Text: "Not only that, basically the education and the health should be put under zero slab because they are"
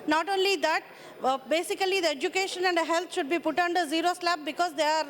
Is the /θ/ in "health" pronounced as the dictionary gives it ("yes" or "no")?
no